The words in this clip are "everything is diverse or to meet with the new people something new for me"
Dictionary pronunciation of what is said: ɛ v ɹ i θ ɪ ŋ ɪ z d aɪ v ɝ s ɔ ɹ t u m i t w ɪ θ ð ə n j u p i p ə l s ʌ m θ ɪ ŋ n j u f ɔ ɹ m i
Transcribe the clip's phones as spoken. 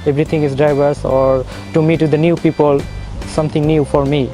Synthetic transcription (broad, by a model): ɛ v ɹ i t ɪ ŋ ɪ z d aɪ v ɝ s ɔ ɹ t u m i t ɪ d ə n j u p i p ə l s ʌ m t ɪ ŋ n j u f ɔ ɹ m i